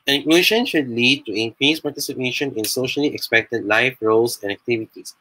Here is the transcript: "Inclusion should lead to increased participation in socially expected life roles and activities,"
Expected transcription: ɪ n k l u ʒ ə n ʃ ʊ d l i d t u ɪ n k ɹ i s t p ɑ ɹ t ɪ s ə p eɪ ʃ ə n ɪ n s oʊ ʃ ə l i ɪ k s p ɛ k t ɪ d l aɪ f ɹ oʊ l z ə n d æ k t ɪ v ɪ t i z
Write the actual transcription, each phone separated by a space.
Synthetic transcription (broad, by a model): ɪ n k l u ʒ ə n ʃ ʊ d l i d t u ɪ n k ɹ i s p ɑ ɹ t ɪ s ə p eɪ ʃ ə n ɪ n s oʊ ʃ ə l i ɪ k s p ɛ k t ɪ d l aɪ f ɹ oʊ l s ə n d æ k t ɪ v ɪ t i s